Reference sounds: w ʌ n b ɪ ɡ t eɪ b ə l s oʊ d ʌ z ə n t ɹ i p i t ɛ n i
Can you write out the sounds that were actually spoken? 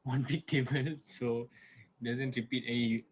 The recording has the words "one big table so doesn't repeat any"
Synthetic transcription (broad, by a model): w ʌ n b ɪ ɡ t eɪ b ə n s oʊ d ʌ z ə n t ɹ i p i t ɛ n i